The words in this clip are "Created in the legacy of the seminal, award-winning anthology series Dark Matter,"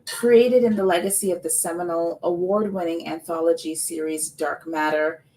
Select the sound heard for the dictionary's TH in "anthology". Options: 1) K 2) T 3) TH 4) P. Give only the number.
3